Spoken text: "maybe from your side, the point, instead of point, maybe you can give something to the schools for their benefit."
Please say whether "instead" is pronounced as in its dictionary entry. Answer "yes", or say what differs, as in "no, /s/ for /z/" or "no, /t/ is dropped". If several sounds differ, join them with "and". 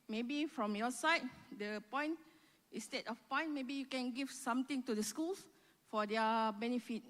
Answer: no, /n/ is dropped